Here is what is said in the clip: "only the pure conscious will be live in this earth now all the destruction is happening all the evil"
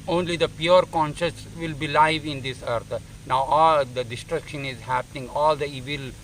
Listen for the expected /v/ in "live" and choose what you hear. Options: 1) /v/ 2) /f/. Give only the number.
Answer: 1